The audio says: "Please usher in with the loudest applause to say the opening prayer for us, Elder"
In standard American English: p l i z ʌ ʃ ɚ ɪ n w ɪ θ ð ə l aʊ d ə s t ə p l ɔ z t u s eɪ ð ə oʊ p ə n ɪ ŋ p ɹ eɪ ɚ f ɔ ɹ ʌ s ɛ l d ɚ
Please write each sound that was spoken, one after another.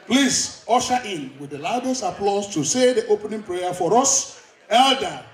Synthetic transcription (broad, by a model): p l i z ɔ ʃ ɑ ɪ n w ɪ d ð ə l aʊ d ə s ə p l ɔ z t u s eɪ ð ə oʊ p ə n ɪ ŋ p ɹ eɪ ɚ f ɔ ɹ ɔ s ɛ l d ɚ